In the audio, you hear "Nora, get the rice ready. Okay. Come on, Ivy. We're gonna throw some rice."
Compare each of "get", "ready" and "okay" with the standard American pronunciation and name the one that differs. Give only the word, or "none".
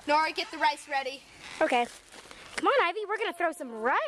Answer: none